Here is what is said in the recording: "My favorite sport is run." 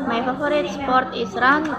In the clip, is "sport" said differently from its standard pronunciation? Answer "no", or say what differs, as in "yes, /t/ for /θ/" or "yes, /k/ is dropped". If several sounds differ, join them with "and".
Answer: no